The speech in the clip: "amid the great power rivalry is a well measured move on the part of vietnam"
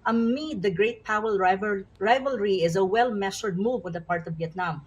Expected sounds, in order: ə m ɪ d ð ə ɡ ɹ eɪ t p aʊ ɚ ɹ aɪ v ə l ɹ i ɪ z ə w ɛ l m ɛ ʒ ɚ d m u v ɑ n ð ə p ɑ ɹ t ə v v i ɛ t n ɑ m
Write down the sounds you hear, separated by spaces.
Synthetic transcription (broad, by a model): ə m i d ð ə ɡ ɹ eɪ t p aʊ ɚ ɹ aɪ v ə l ɹ i ɪ z ə w ɛ l m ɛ ʃ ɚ d m u v ɑ n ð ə p ɑ ɹ t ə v v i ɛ t n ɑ m